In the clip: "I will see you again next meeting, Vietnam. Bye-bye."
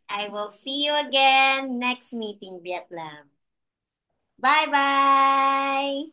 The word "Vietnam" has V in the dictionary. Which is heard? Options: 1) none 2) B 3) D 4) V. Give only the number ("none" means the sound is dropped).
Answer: 2